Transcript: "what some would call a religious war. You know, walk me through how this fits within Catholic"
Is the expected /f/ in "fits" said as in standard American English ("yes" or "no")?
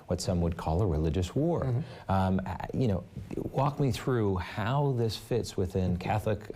yes